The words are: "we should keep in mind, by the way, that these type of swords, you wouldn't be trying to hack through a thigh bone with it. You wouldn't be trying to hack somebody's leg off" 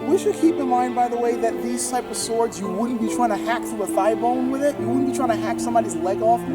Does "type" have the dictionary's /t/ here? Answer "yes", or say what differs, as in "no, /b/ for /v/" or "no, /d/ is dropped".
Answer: yes